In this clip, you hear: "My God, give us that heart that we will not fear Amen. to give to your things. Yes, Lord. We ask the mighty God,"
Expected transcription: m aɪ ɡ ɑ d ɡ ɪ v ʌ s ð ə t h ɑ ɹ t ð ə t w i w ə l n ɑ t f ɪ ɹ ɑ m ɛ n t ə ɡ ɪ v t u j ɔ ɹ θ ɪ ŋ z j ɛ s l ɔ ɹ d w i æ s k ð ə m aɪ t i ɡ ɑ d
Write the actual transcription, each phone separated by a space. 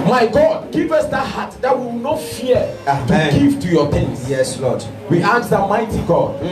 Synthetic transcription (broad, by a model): m aɪ ɡ ɑ d ɡ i v ʌ s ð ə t h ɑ t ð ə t w i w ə n ɑ t f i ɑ ɑ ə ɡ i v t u j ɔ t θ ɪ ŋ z j ɛ s l ɔ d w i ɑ k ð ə m aɪ t i ɡ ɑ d